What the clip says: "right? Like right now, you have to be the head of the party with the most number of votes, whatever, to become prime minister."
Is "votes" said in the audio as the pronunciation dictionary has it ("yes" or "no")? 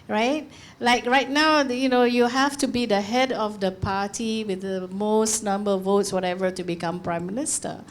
yes